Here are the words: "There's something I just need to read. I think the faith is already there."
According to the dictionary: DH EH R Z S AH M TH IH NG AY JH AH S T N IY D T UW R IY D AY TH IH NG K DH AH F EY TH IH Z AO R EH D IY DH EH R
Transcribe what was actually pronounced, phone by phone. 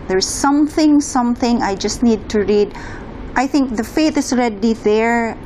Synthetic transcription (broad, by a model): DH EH R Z S AH M TH IH NG AY JH AH S T N IY D T UW R IY D AY TH IH NG K DH AH F EY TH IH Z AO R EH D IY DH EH R